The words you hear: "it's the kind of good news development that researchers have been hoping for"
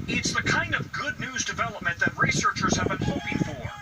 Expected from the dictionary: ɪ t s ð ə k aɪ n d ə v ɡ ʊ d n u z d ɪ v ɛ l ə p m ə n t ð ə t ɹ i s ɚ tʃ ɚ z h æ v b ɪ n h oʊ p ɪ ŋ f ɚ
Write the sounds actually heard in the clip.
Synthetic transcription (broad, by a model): ɪ t s ð ə k aɪ n d ə v ɡ ʊ d n u z d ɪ v ɛ l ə p m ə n ð ə t ɹ i s ɚ tʃ ɚ z h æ v b ɪ n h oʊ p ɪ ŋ f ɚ